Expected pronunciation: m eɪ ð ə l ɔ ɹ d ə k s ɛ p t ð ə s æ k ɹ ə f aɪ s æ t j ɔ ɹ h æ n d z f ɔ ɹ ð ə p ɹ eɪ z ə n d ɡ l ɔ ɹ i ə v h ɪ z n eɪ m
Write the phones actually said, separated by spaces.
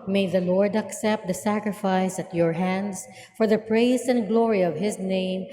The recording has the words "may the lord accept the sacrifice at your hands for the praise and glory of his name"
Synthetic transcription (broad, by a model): m eɪ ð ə l ɔ ɹ d ə k s ɛ p t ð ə s æ k ɹ ə f aɪ s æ t j ɔ ɹ h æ n d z f ɔ ɹ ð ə p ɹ eɪ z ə n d ɡ l ɔ ɹ i ə v h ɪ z n eɪ m